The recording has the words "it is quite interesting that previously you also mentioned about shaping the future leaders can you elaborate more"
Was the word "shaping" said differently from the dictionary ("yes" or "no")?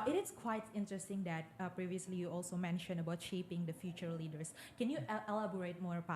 no